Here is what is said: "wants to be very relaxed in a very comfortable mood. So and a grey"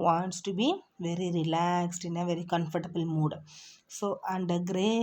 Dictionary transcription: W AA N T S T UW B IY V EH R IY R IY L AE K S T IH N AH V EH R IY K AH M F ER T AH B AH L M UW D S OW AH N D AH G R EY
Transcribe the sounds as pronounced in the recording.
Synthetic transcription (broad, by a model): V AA N T S T UW B IY V EH R IY R IY L AE K S T IH N AH V EH R IY K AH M F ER T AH B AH L M UW D S OW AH N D AH G R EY